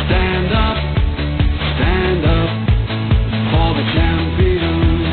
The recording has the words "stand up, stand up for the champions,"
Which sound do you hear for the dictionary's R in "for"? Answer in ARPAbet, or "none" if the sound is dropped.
L